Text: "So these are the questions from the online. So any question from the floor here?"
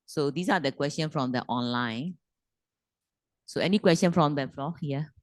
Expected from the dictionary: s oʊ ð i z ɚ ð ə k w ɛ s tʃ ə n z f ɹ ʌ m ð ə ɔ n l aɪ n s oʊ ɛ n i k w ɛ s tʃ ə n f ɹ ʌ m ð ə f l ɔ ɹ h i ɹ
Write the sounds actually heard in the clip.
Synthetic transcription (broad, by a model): s oʊ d i s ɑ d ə k w ɛ s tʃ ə n f ɹ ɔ m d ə ɔ n l aɪ n s oʊ ɛ n i k w ɛ s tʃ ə n f ɹ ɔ m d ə f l ɔ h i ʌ